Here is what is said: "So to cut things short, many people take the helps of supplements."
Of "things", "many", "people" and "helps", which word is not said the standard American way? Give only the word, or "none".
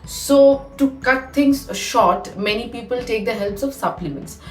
things